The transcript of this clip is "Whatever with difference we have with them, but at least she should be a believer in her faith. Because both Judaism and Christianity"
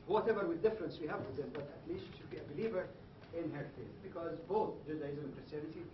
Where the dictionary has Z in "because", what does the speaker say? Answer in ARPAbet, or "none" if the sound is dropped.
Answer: Z